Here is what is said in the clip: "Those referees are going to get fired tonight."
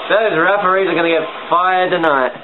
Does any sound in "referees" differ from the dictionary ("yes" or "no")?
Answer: yes